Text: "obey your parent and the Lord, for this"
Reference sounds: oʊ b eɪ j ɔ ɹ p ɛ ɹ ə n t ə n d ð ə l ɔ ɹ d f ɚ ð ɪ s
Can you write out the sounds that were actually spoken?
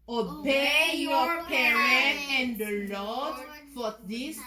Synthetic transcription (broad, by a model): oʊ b eɪ j ɔ ɹ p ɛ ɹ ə t ə n d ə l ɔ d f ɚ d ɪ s